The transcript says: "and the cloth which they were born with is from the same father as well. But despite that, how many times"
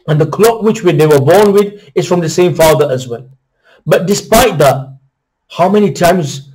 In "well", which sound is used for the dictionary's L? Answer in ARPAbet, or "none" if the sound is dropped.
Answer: N